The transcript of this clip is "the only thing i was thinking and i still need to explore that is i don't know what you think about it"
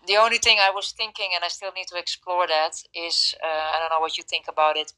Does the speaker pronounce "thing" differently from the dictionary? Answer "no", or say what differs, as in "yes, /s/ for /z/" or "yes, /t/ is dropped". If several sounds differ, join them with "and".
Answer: no